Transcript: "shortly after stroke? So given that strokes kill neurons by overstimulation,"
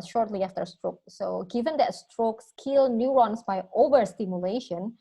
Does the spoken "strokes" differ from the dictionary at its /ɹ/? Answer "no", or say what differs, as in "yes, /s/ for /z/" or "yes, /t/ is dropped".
no